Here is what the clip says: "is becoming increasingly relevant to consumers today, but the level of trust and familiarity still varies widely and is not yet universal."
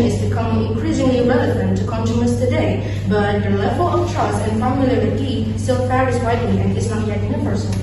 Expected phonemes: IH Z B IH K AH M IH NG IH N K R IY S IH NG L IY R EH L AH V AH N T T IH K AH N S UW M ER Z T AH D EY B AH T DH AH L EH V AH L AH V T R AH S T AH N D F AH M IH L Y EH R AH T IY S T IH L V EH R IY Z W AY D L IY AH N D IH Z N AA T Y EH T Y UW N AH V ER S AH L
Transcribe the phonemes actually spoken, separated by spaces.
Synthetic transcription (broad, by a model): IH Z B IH K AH M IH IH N K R IY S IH NG L IY R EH L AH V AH N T T IH K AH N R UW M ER S T AH D EY B AH T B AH L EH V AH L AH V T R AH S AH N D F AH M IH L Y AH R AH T IY S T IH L F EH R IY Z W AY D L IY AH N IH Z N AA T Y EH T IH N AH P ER S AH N